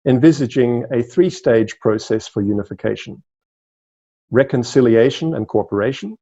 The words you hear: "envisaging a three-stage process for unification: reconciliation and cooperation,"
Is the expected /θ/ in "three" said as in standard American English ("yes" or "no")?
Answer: yes